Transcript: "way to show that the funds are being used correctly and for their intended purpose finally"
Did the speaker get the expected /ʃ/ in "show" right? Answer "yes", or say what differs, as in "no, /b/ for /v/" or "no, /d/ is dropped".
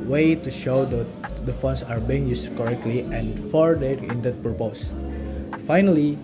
yes